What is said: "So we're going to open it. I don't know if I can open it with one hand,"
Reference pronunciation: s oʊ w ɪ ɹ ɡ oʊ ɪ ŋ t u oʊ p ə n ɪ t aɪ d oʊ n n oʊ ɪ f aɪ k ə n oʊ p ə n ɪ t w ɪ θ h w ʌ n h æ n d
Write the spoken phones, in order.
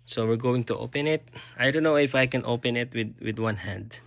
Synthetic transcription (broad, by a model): s oʊ w ɪ ɹ ɡ oʊ ɪ ŋ t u oʊ p ə n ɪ t aɪ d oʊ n n oʊ ɪ f aɪ k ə n oʊ p ə n ɪ t w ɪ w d w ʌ n h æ n d